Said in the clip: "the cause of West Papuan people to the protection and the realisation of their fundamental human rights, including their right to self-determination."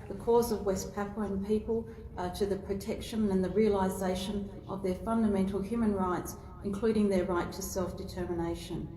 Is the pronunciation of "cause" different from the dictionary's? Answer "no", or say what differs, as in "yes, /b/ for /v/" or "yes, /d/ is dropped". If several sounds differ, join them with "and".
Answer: no